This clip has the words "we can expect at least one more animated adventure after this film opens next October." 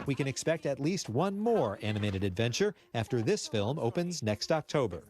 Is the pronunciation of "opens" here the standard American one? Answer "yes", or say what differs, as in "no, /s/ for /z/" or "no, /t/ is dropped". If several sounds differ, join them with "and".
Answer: yes